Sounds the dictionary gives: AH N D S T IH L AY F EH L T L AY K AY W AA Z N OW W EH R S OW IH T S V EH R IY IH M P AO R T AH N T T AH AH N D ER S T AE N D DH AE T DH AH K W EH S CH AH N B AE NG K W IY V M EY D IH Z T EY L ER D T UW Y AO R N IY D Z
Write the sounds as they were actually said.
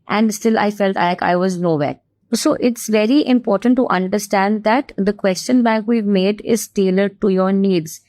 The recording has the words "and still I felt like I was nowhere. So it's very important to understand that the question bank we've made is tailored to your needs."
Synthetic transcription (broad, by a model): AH N D S T IH L AY F EH L T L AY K AY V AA Z N OW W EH R S OW IH T S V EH R IY IH M P AO R T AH N T T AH AH N D ER S T AE N D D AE T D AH K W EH S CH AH N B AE K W IY V M EY D IH Z T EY L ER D T UW Y AO R N IY D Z